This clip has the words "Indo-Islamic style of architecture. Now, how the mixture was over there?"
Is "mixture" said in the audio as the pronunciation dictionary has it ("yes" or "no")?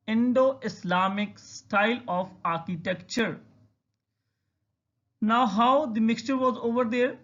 yes